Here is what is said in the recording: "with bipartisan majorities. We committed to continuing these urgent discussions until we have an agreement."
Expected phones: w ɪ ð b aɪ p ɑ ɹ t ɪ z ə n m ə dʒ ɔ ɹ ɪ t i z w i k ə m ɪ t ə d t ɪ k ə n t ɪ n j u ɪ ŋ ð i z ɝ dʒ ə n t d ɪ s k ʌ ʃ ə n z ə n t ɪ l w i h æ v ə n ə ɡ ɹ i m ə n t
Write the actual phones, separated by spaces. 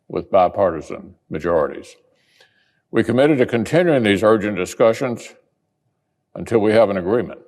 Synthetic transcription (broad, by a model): w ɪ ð b aɪ p ɑ ɹ t ɪ z ə n m ə dʒ ɔ ɹ ɪ t i z w i k ə m ɪ t ə d t ɪ k ə n t ɪ n j u ɪ ŋ ð i z ɝ dʒ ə n d ɪ s k ʌ ʃ ə n z ə n t ɪ l w i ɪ v ə n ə ɡ ɹ i m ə n t